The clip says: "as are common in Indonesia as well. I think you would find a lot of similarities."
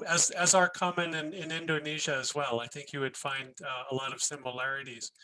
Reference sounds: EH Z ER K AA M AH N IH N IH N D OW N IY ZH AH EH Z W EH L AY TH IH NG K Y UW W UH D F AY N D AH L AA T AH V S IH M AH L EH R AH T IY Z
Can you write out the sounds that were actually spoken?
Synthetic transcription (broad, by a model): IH Z ER K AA M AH N IH N IH N D OW N IY ZH AH Z W EH L AY TH IH NG K Y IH W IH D F AY N D AH L AA T AH V S IH M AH L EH R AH T IY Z